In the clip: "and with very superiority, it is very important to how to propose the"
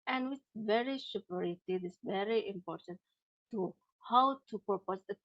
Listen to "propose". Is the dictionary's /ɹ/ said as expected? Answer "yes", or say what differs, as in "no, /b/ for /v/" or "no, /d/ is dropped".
no, /ɹ/ is dropped